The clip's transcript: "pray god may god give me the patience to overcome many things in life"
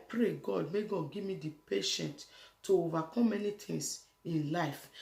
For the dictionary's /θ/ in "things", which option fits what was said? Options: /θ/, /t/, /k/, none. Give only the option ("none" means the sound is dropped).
/t/